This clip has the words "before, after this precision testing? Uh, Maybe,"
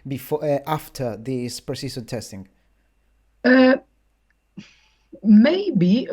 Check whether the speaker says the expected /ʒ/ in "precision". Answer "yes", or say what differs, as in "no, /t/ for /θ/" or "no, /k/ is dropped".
no, /s/ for /ʒ/